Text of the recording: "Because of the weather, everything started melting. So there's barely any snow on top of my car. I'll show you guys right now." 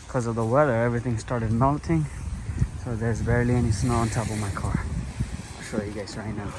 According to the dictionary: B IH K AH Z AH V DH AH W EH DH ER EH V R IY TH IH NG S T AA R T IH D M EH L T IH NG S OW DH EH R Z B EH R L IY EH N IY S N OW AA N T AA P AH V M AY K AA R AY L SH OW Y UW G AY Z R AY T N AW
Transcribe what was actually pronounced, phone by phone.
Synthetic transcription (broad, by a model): K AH Z AH V DH AH W EH DH ER EH V R IY TH IH NG S T AA R T IH D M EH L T IH NG S OW DH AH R Z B EH R L IY EH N IY S N OW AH N T AA P AH V M AY K AA R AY SH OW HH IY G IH S R AY T N AW